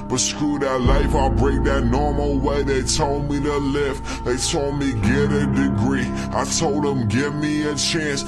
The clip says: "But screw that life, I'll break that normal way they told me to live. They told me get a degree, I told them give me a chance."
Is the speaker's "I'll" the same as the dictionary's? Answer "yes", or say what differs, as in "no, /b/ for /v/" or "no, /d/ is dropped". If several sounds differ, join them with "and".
yes